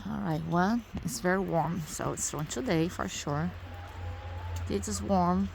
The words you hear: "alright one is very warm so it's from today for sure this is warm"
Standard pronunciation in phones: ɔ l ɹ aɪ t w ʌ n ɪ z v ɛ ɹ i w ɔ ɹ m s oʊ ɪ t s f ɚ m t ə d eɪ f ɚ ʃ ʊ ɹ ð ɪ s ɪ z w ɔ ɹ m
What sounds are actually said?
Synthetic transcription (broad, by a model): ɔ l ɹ aɪ t w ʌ l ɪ s v ɛ ɹ i w ɔ ɹ m s oʊ ɪ t s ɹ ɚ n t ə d eɪ f ɚ ʃ ʊ ɹ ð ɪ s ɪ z w ɔ ɹ m